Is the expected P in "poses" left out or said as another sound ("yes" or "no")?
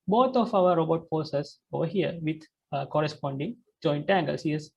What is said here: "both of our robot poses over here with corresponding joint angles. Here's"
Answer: yes